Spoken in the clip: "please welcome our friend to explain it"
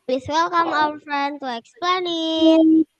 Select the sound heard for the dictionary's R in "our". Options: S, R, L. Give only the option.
L